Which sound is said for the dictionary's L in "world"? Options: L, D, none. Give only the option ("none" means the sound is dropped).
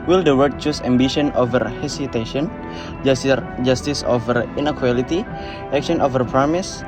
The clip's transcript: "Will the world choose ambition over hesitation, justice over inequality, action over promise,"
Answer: none